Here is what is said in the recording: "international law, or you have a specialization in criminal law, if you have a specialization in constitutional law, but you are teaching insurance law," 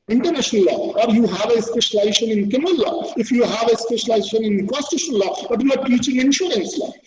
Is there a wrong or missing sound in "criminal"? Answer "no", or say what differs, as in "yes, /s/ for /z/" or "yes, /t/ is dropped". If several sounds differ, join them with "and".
yes, /ɹ/ is dropped